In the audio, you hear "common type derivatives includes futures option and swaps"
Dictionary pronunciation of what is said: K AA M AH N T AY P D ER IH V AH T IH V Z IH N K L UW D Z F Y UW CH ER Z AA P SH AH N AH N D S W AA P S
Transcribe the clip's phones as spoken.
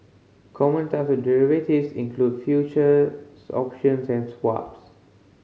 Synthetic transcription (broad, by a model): K AA M AH N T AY F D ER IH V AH T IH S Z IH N K L UW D F Y UW CH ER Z AA P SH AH N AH N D S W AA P S